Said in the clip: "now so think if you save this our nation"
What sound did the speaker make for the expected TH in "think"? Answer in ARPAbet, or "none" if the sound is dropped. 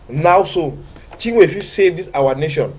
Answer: T